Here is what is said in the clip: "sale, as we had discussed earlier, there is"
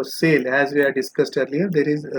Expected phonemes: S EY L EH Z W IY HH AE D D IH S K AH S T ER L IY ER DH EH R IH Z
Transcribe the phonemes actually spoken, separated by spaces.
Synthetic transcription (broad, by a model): S EY L EH Z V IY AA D D IH S K AH S T ER L IY ER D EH R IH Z